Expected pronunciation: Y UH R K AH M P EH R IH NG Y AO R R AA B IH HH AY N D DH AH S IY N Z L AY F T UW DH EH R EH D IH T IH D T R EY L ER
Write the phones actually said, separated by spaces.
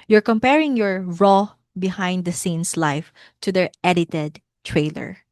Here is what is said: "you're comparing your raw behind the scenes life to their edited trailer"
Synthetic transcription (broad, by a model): Y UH R K AH M P EH R IH NG Y AO R R AA B IH HH AY N D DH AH S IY N S L AY F T UW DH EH R EH D IH T IH D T R EY L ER